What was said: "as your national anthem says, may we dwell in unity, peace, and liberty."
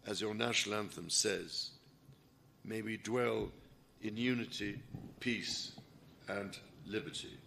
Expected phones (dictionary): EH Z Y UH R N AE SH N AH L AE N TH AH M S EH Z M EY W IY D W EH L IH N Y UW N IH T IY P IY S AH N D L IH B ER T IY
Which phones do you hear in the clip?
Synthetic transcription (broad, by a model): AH Z Y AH R N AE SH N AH L AE N TH AH M S EH Z M EY W IY D W EH L IH N Y UW N IH T IY P IY S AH N L IH B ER T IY